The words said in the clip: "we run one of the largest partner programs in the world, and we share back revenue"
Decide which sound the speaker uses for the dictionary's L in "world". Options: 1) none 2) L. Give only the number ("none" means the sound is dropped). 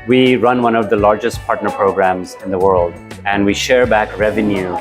2